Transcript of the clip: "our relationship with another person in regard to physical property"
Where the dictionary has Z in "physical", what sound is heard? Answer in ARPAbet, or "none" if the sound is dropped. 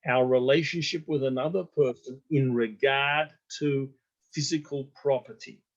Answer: Z